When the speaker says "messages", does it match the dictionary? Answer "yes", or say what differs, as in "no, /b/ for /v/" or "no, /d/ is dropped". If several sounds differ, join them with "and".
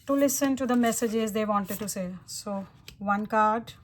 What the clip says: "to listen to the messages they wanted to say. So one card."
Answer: yes